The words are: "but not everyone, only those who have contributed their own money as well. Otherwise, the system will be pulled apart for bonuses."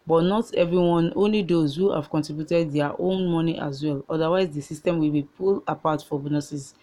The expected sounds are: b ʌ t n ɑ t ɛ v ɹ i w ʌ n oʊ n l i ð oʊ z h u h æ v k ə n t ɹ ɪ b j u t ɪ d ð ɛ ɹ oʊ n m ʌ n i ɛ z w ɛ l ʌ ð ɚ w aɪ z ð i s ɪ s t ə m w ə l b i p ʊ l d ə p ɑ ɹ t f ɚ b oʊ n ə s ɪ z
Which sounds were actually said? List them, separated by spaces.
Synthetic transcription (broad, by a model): b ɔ t n ɑ t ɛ v ɹ i w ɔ n oʊ n l i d oʊ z h u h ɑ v k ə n t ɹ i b j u t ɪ d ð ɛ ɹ oʊ n m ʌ n i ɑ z w ɛ l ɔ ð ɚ w aɪ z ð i s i s t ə m w ə l b i p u l ə p ɑ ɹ t f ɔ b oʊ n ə s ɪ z